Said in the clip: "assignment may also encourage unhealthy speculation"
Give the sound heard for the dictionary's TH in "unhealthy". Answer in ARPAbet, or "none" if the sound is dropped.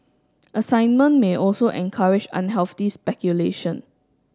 F